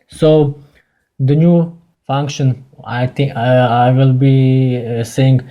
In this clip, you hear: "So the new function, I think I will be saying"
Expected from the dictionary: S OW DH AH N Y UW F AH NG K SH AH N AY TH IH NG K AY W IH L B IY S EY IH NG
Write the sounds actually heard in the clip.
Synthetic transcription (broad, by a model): S OW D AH N Y UW F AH NG K SH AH N AY T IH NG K AY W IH L B IY S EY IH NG